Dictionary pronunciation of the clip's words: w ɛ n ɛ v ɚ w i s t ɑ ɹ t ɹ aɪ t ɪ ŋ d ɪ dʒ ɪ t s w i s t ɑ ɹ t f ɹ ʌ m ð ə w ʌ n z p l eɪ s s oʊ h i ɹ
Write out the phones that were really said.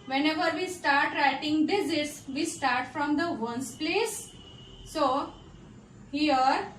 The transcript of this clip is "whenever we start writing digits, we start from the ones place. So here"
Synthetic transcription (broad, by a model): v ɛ n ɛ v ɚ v i s t ɑ ɹ t ɹ aɪ t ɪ ŋ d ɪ z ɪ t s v i s t ɑ ɹ t f ɹ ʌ m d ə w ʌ n s p l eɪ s s oʊ h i ɹ